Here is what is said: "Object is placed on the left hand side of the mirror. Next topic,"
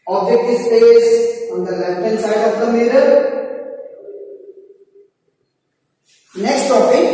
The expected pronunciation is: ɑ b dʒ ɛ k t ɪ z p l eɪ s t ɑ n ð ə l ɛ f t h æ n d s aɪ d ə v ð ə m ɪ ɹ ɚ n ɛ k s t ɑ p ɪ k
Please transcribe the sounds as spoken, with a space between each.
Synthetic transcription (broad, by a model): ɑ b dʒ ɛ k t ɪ s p eɪ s ɑ n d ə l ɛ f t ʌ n s aɪ d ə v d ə m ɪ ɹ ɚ n ɛ k s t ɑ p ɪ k